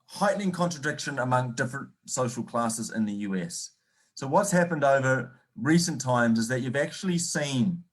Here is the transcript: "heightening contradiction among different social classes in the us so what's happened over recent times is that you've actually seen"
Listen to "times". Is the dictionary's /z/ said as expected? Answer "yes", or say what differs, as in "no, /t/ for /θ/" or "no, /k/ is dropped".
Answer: yes